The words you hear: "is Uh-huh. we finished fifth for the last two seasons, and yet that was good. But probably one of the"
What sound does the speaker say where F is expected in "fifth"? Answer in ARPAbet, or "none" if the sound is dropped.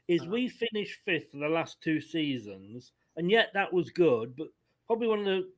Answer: F